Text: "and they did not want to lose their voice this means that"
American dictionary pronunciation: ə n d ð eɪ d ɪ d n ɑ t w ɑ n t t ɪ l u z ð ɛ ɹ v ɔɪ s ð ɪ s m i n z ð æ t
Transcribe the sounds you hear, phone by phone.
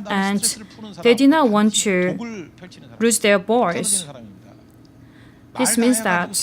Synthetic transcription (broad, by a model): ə n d ð eɪ d ɪ d n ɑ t w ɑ n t t ɪ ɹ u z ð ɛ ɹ b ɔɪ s ð ɪ s m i n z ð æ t